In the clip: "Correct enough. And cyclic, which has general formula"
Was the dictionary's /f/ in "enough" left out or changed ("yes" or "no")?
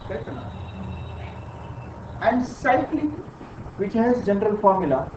yes